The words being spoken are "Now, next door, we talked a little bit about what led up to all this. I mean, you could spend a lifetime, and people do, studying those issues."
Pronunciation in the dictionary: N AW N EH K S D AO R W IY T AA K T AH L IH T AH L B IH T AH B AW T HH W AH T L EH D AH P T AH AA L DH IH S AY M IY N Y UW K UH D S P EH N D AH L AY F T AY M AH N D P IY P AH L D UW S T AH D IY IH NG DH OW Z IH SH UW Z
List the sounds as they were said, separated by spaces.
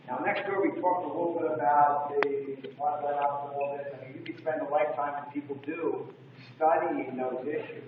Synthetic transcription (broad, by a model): N AW N EH K S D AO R W IY T AA K T AH L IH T L B IH T AH B AW T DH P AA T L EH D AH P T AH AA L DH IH AY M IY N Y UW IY S P EH N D AH L AY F T AY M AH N P IY P L D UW S T AH D IY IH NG DH OW Z IH SH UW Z